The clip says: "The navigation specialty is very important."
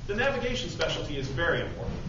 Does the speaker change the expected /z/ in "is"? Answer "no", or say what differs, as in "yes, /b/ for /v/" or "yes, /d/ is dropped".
no